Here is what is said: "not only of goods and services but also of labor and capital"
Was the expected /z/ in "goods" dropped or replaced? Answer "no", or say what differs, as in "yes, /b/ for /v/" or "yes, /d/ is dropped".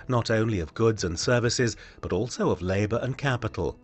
no